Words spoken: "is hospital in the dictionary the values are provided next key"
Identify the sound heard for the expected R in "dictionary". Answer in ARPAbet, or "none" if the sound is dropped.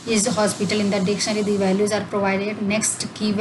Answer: L